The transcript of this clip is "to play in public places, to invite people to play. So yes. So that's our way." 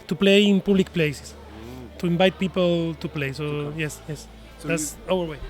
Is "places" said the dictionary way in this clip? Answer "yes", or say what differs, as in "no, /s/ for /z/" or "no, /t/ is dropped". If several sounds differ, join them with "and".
no, /s/ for /z/